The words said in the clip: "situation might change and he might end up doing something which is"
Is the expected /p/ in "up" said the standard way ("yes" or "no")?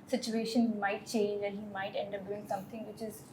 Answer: no